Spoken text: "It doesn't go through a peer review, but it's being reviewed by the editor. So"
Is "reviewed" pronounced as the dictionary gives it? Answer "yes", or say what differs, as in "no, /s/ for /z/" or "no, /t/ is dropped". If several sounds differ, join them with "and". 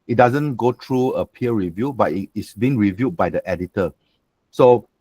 yes